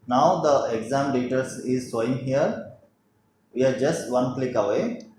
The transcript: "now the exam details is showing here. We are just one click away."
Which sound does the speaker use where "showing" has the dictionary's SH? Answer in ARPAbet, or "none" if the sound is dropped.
S